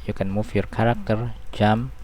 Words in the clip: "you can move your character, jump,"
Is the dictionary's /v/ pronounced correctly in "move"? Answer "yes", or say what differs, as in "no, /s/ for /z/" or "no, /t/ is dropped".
no, /f/ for /v/